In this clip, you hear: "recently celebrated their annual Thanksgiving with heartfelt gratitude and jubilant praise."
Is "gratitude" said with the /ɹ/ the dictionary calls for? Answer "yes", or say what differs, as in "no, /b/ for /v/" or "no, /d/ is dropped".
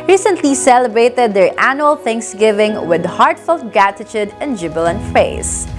no, /ɹ/ is dropped